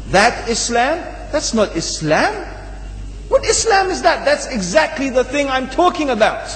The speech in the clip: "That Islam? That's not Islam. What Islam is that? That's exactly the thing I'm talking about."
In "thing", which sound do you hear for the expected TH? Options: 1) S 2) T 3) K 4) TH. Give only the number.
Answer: 4